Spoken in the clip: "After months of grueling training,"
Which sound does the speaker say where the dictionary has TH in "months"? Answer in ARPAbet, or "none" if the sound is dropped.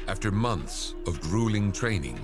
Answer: TH